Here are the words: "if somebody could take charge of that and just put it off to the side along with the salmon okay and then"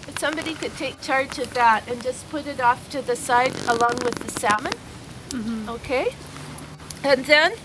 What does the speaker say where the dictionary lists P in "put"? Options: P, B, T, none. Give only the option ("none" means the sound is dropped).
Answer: P